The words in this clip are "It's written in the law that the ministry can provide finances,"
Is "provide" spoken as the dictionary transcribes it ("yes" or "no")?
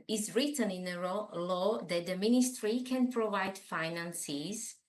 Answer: yes